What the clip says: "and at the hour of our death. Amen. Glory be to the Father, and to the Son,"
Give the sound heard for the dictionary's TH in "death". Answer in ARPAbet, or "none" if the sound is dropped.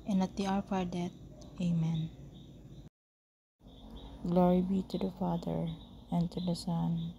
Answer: T